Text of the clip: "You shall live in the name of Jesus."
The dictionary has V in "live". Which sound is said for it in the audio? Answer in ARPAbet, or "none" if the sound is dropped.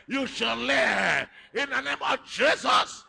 none